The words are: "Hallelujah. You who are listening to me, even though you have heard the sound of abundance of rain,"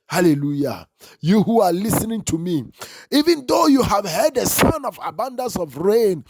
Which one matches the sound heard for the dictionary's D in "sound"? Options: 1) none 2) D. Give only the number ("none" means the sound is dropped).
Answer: 1